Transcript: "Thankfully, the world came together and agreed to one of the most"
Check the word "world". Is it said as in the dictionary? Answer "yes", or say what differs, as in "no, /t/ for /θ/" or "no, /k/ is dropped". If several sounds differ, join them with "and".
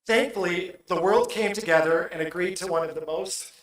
yes